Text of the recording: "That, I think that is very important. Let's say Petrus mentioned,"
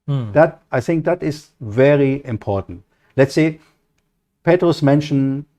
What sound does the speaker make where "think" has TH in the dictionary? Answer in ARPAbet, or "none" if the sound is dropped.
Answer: TH